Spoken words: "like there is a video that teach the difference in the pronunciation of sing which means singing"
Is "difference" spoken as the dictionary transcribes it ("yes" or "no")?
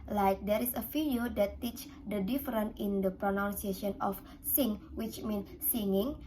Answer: no